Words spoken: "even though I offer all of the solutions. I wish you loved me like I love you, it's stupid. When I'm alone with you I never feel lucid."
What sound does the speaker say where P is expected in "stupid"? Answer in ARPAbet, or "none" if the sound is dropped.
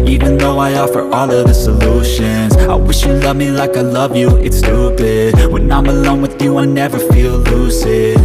B